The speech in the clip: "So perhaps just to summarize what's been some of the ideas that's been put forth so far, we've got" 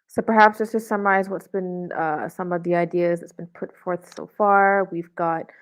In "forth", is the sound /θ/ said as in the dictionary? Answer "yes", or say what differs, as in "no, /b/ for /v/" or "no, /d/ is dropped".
yes